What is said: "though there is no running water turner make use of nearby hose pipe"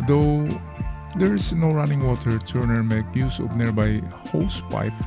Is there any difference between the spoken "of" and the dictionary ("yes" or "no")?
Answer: yes